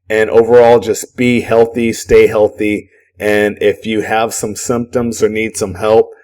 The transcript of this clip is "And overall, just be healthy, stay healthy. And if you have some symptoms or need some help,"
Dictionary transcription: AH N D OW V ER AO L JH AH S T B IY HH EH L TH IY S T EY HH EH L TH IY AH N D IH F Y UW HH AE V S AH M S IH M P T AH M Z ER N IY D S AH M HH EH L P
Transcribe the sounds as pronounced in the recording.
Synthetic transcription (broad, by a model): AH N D OW V ER AO L JH AH S B IY HH EH L TH IY S T EY HH EH L TH IY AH N IH F Y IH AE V S AH M S IH M P T AH M Z ER N IY D S AH M HH EH L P